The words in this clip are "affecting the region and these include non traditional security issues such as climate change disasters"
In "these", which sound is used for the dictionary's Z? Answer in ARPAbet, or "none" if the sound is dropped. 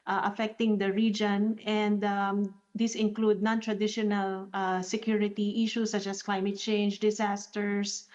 S